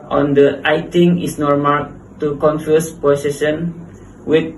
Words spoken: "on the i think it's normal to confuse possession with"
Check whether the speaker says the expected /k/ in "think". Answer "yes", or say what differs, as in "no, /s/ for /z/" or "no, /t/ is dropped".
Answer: no, /k/ is dropped